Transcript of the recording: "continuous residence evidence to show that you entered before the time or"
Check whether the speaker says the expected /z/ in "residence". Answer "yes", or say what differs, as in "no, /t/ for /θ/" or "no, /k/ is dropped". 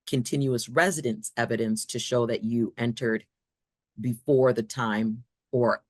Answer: yes